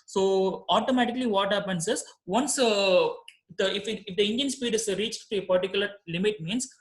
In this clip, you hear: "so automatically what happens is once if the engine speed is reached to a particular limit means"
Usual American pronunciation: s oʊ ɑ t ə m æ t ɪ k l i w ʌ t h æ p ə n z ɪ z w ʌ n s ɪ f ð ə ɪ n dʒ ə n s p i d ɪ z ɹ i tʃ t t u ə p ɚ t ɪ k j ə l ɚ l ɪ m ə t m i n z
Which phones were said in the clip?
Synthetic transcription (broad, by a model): s oʊ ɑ t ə m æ t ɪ k l i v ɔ t h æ p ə n s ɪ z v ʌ n s ɪ f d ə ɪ n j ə n s p i d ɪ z ɹ i tʃ t t u ə p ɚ t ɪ k j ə l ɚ l ɪ m ə t m i n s